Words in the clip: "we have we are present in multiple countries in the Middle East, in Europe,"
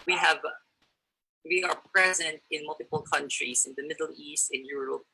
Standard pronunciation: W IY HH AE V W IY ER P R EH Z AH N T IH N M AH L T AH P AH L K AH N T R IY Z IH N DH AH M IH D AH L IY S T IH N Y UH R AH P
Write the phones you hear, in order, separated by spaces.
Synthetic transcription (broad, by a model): W IY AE V W IY ER P R EH Z AH N T IH N M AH L T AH P L K AH N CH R IY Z IH N DH AH M IH D L IY S T IH N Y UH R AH